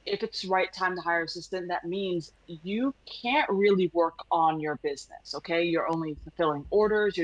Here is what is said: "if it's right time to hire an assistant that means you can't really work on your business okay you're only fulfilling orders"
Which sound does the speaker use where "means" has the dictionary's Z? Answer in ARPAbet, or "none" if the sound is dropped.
Z